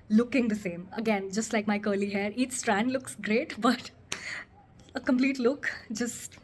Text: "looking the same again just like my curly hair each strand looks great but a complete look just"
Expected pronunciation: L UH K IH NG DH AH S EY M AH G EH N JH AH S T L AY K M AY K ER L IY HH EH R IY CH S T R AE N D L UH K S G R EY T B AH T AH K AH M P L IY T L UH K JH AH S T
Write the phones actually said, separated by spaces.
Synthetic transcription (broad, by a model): L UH K IH NG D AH S EY M AH G EH N JH AH S T L AY K M AY K ER L IY HH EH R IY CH S T R AE N D L UH K S G R EY T B AH T AH K AH M P L IY T L UH K JH AH S T